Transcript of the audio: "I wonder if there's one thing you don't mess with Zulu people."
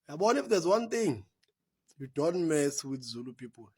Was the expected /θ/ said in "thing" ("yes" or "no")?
no